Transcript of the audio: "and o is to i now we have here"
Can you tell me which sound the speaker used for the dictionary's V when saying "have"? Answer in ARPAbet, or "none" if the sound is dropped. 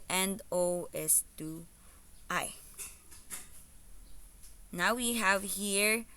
V